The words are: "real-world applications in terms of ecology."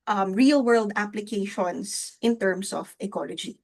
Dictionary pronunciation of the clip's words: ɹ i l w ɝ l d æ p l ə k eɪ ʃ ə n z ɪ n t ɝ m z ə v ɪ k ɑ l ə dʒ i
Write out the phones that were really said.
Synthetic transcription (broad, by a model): ɹ i l w ɝ l d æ p l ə k eɪ ʃ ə n s ɪ n t ɝ m s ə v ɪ k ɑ l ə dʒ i